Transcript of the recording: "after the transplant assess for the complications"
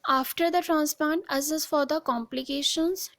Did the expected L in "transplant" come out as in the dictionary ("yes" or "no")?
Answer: no